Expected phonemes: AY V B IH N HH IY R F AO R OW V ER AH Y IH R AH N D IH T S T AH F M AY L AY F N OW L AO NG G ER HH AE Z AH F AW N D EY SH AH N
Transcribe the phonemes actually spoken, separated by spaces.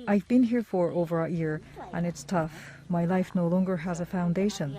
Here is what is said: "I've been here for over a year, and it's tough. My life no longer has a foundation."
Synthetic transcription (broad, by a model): AY V B IH N HH IY R F AO R OW V ER AH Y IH R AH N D IH T S T AH F M AY L AY F N OW L AO NG G ER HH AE Z AH F AW N D EY SH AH N